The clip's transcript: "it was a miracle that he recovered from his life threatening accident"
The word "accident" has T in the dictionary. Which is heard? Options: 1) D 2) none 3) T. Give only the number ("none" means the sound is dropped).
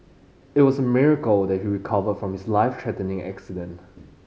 3